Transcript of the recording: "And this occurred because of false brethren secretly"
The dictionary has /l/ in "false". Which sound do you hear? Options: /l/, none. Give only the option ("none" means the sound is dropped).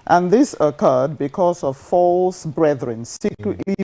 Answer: /l/